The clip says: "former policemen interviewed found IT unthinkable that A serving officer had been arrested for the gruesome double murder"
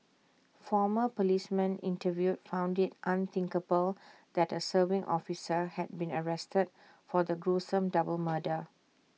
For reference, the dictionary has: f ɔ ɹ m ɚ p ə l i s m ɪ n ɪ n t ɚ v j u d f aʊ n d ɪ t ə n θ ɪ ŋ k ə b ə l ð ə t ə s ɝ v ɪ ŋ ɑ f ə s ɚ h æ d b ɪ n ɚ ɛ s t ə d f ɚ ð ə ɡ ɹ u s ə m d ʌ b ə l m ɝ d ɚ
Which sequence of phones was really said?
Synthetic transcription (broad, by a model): f ɔ m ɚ p ə l i s m ɪ n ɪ n t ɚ v j u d f aʊ n d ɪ t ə n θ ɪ ŋ k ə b ə l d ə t ə s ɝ v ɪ ŋ ɑ f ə s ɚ h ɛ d b ɪ n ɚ ɛ s t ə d f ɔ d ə ɡ ɹ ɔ s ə m d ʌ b ə l m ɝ d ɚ